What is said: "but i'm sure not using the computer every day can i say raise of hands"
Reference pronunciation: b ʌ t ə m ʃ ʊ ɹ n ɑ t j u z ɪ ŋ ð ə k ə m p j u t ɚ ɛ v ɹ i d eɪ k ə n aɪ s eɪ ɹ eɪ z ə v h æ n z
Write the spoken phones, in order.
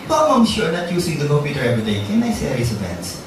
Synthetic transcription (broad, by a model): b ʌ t ə m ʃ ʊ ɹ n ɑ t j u s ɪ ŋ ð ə k ə m p j u t ɚ ɛ v ɹ i d eɪ k ə n aɪ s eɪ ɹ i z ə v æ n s